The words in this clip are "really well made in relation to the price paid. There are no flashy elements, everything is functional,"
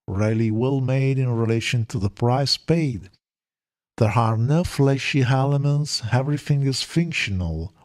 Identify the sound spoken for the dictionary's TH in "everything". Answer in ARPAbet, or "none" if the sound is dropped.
TH